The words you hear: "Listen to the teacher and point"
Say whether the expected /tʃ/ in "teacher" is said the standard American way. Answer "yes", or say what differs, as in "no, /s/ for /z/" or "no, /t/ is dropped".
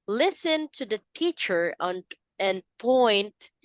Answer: yes